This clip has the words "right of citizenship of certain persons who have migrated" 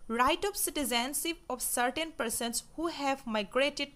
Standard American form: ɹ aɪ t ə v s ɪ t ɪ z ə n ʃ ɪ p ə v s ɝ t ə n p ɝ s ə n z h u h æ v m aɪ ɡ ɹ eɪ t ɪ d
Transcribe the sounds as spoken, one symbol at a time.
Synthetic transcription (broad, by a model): ɹ aɪ t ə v s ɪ t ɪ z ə n s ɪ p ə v s ɝ t ə n p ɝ s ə n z h u h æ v m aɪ ɡ ɹ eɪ t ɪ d